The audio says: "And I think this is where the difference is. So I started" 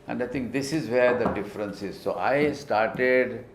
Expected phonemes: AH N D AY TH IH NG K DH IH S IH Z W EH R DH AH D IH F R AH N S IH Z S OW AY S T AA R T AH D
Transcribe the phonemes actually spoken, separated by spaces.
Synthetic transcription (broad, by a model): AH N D AY T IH NG K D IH S IH Z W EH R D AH D IH F R AH N S IH Z S OW AY S T AA R T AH D